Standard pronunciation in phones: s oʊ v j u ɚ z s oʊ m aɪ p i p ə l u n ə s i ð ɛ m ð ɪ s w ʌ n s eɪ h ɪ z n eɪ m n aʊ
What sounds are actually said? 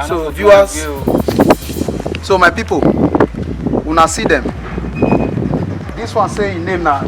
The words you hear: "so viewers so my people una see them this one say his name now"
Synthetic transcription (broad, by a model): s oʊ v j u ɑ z s oʊ m aɪ p i p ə w u n ə s i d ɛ m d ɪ s w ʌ n s eɪ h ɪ n eɪ m n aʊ